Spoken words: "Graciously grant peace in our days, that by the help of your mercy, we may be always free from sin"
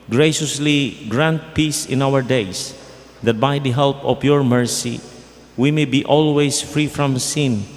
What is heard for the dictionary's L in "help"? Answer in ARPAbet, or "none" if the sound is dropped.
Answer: L